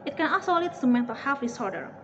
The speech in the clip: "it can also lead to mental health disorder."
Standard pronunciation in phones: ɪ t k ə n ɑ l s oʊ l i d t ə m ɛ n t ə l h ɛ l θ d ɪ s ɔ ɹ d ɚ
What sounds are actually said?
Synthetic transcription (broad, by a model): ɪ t k ə n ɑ s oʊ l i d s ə m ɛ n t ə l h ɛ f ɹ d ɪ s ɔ ɹ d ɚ